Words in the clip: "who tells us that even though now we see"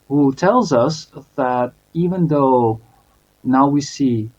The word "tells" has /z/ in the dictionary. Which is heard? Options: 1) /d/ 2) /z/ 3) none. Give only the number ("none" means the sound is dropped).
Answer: 2